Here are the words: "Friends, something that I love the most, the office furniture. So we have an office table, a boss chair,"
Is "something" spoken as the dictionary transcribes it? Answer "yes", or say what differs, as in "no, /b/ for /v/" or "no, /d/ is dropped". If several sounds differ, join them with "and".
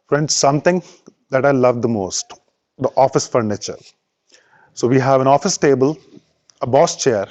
no, /t/ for /θ/